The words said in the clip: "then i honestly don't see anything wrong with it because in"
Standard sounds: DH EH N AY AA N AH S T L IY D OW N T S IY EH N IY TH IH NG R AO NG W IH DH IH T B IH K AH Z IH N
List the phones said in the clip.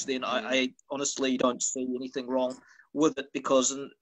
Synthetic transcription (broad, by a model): DH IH N AY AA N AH S T L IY D OW N T S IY EH N IY TH IH NG R AO NG W IH DH IH T B IH K AH Z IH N